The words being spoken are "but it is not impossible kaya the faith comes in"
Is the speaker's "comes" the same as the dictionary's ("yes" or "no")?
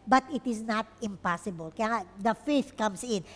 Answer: no